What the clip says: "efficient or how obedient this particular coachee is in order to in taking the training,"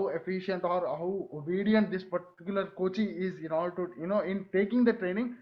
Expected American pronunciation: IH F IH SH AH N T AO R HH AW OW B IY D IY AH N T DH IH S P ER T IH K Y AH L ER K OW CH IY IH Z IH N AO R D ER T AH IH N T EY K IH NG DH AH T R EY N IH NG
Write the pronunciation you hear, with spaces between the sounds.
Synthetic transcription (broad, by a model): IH F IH SH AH N T AO R HH AW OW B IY D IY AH N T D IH S P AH T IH K Y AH L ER K OW CH IY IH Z IH N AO L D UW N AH IH N T EY K IH NG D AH T R EY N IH NG